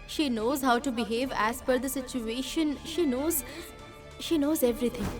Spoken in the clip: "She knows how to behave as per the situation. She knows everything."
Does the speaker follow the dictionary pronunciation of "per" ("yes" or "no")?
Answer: no